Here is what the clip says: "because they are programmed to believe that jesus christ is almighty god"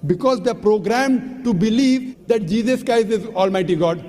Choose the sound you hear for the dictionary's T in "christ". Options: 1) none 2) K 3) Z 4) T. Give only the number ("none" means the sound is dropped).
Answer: 1